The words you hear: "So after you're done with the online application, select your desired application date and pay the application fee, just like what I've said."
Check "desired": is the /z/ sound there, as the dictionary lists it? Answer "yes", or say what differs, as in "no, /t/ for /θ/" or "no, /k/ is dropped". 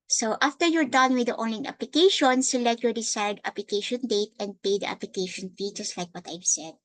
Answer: no, /s/ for /z/